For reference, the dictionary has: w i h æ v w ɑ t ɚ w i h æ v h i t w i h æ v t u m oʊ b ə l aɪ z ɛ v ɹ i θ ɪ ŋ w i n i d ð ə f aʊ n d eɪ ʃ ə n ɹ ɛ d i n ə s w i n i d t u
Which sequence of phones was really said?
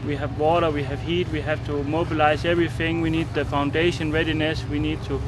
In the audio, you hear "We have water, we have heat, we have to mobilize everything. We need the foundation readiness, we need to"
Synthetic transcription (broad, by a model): w i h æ v w ɑ t ɚ w i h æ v h i t w i h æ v t u m oʊ b ə l aɪ z ɛ v ɹ i θ ɪ ŋ w i n i d ð ə f aʊ n d eɪ ʃ ə n ɹ ɛ d i n ə s w i n i d t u